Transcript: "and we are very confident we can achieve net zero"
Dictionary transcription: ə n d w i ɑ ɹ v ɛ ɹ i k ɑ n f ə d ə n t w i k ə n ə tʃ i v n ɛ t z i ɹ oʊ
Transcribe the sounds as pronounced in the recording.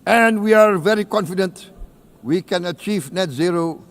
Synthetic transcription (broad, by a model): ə n d w i ɑ ɹ v ɛ ɹ i k ɑ n f ə d ə n t w i k ə n ə tʃ i v n ɛ t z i ɹ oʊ